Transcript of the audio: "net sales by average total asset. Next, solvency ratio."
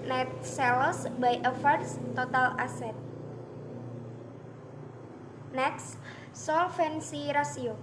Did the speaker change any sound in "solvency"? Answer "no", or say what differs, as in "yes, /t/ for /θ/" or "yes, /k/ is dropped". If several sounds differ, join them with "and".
yes, /f/ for /v/